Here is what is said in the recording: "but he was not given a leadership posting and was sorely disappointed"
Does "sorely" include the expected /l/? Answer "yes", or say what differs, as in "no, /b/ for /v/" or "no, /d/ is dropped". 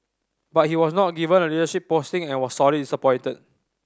no, /l/ is dropped